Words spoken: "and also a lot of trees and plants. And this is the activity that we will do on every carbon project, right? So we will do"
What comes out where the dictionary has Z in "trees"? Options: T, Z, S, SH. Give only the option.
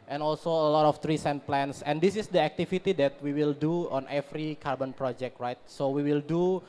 S